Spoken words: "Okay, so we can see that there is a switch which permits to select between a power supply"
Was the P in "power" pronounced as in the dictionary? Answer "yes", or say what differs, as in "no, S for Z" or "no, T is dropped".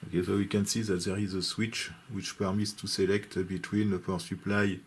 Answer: no, F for P